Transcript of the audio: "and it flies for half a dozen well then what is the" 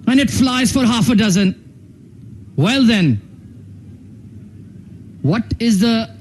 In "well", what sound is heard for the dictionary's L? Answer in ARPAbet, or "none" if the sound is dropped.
L